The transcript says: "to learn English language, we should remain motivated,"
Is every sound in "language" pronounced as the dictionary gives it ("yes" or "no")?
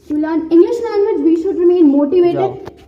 no